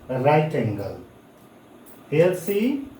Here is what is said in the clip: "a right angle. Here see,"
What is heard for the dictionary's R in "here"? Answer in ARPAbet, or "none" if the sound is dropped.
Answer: L